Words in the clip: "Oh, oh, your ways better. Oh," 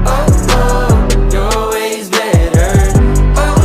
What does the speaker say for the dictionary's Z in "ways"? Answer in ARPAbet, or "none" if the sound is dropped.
Z